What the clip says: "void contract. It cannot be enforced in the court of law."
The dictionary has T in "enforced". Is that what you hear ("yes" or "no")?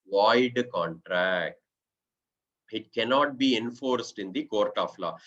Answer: yes